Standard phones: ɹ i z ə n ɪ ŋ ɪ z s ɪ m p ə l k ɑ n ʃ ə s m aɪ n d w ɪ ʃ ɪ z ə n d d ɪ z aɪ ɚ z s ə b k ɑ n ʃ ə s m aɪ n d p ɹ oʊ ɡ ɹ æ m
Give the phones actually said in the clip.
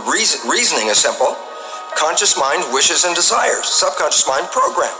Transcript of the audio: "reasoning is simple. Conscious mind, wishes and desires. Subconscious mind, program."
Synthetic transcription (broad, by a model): ɹ i z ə n ɪ ŋ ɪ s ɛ m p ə l k ɑ n ʃ ə s m aɪ n d w ɪ ʃ ɪ z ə n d d ɪ z aɪ ɚ z s ə b k ɑ n ʃ ə s m aɪ n d p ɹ oʊ ɡ ɹ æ m